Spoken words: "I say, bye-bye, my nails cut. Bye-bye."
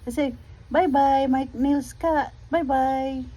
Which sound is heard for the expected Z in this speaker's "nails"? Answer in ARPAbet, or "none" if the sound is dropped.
S